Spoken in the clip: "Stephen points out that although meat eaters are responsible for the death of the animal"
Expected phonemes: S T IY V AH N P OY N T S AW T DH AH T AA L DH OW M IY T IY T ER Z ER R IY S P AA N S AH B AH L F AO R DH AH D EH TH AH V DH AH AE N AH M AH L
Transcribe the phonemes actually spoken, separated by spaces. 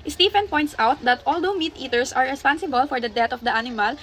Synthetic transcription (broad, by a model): S T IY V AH N P OY N T S AW T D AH T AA L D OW M IY T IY T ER S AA R IY S P AA N S AH B AH L F AO R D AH D EH T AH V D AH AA N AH M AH L